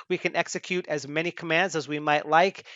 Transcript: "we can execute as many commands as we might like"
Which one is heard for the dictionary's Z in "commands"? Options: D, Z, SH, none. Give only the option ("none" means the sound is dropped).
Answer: Z